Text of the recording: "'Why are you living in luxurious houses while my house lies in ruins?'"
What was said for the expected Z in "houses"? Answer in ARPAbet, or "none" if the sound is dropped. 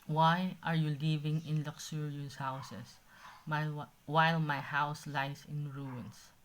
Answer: S